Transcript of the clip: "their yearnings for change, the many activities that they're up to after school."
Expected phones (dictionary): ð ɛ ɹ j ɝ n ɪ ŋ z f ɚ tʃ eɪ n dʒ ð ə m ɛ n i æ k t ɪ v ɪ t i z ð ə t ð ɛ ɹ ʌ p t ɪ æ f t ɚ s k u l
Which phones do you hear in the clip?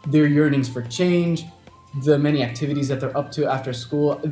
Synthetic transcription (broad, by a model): ð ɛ ɹ j ɝ n ɪ ŋ z f ɚ tʃ eɪ n dʒ ð ə m ɛ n i æ k t ɪ v ɪ t i z ð ə t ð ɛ ɹ ʌ p t ɪ æ f t ɚ s k u l